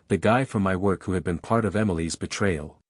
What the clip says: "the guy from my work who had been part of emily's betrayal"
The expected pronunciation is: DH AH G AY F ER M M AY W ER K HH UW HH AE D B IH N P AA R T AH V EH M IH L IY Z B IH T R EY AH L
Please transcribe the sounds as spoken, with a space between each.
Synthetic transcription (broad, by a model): DH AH G AY F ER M M AY W ER K HH UW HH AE D B IH N P AA R T AH V EH M IH L IY Z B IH T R EY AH L